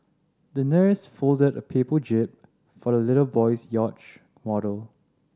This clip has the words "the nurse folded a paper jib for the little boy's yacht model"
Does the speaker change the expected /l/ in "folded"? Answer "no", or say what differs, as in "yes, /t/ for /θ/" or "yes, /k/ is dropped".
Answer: no